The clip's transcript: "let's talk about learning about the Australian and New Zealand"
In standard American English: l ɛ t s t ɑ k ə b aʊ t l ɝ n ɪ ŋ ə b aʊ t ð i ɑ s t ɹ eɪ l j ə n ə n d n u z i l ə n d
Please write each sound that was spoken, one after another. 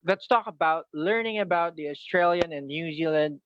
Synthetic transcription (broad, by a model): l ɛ t s t ɑ k ə b aʊ t l ɝ n ɪ ŋ ə b aʊ t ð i ɑ s t ɹ eɪ l j ə n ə n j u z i l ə n d